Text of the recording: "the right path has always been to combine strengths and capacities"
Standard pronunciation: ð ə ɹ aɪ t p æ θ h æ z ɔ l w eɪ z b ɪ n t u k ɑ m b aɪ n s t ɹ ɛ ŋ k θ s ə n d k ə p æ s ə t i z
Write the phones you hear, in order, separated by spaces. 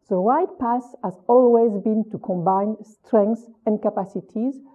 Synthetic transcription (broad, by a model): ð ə ɹ aɪ t p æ s h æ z ɔ l w eɪ z b ɪ n t u k ɑ m b aɪ n s t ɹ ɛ ŋ k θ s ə n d k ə p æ s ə t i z